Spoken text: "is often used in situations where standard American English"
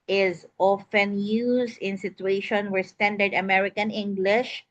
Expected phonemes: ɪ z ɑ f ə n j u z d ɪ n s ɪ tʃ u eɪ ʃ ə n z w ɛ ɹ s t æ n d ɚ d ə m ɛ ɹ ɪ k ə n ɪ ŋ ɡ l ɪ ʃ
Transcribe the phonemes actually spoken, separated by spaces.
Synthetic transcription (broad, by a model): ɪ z ɑ f ə n j u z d ɪ n s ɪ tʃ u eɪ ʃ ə n w ɛ ɹ s t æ n d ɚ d ə m ɛ ɹ ɪ k ə n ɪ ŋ ɡ l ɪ ʃ